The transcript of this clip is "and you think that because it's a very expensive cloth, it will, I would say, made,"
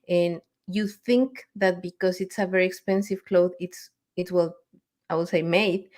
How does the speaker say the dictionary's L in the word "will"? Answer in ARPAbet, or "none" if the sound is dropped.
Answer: W